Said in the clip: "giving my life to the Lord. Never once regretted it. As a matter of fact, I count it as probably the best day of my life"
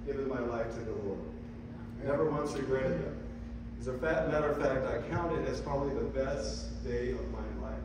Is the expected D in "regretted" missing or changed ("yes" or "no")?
yes